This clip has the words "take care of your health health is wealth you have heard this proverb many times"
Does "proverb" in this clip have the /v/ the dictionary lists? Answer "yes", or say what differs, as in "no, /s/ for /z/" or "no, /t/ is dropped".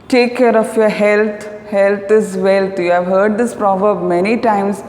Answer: yes